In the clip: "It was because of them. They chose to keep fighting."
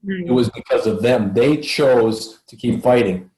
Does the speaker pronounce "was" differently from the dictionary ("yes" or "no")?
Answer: no